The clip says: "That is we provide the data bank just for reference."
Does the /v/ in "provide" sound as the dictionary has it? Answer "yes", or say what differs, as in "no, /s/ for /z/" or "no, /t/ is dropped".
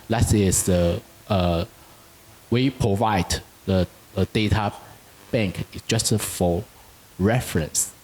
yes